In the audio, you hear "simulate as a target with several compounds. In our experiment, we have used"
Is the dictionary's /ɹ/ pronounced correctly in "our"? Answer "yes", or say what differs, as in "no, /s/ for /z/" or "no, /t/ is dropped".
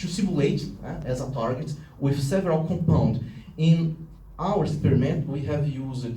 no, /w/ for /ɹ/